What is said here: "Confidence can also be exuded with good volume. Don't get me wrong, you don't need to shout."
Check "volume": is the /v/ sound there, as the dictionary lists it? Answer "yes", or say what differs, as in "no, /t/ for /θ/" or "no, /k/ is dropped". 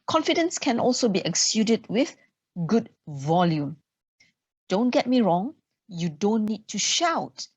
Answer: yes